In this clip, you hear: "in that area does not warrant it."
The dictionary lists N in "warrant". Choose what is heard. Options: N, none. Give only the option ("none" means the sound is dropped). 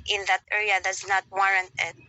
N